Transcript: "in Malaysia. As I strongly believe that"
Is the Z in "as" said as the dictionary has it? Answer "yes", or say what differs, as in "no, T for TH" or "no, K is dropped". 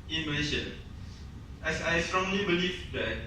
no, S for Z